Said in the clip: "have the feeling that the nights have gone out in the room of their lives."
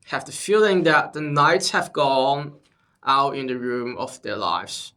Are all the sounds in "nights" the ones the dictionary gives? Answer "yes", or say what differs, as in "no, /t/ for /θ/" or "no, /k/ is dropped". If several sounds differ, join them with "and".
yes